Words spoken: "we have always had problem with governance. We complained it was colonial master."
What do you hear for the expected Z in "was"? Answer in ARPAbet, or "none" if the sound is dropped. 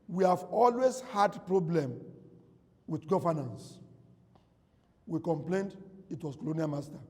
S